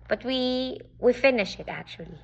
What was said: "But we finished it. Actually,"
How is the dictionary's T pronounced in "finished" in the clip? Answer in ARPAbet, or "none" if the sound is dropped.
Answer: none